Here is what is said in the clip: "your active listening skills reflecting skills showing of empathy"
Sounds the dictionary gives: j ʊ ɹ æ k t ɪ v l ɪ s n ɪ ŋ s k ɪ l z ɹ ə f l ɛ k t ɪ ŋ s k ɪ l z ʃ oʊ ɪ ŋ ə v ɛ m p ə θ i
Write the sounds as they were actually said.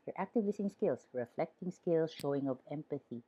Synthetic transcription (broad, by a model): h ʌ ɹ æ k t ɪ v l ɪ s ɪ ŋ s k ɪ l s ɹ ə f l ɛ k t ɪ ŋ s k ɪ l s ʃ oʊ ɪ ŋ ə v ɛ m p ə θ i